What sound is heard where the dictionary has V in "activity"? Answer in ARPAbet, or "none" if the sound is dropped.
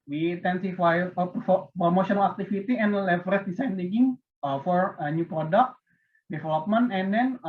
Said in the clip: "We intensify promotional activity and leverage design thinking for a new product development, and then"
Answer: F